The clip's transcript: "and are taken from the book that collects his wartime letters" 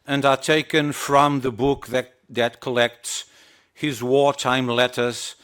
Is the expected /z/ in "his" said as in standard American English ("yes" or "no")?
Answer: yes